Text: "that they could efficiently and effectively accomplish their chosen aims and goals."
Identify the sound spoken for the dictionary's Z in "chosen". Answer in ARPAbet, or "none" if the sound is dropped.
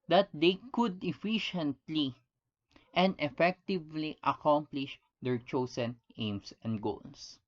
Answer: S